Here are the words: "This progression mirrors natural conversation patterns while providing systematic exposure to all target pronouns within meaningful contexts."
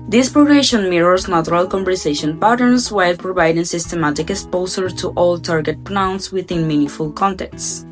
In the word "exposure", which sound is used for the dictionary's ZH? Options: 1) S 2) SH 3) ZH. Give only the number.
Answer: 1